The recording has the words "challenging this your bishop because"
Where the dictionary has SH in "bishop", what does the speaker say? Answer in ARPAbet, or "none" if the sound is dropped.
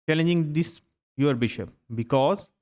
SH